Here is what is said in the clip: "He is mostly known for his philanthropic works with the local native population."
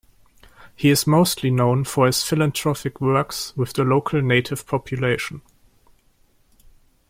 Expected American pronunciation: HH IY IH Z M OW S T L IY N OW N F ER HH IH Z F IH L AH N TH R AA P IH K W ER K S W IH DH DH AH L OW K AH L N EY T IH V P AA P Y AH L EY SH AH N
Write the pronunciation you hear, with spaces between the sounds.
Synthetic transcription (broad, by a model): HH IY IH Z M OW S T L IY N OW N F ER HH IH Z F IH L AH N T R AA F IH K W ER K S W IH DH DH AH L OW K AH L N EY T IH V P AA P Y AH L EY SH AH N